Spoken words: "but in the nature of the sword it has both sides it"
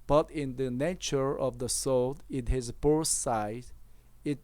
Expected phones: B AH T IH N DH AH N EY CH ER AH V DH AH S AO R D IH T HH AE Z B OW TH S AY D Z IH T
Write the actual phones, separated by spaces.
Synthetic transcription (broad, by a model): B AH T IH N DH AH N EY CH ER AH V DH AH S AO L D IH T HH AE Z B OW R S AY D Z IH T